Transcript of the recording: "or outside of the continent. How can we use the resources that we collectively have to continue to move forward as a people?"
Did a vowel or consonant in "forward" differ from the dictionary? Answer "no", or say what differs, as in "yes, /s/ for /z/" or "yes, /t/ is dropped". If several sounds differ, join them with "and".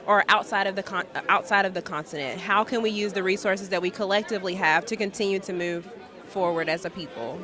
no